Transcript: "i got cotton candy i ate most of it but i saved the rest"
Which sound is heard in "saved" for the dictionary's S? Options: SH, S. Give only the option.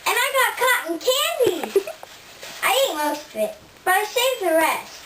SH